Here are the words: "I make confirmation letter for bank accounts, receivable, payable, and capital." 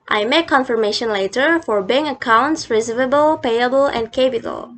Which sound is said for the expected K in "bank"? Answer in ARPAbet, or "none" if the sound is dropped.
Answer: none